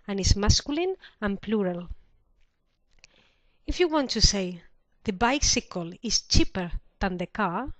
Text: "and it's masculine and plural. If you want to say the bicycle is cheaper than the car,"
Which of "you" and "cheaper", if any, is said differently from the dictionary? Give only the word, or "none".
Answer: none